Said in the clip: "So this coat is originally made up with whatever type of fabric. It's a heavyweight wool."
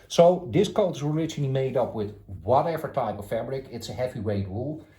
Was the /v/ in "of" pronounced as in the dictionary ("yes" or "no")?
no